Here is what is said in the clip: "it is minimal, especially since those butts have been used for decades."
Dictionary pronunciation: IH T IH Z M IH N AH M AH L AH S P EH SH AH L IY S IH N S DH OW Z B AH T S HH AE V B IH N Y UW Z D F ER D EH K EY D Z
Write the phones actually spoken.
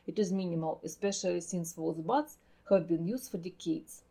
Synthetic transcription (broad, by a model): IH T IH Z M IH N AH M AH L AH S P EH SH AH L IY S IH N S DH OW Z B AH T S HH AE V B IH N Y UW Z D F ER D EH K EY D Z